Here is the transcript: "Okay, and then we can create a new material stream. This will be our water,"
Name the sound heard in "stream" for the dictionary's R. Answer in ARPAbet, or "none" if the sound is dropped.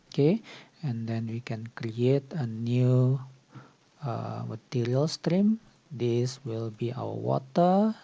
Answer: R